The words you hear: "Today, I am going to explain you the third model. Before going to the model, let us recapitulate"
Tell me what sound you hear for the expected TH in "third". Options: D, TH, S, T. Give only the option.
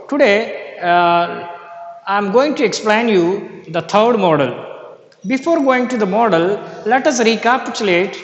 T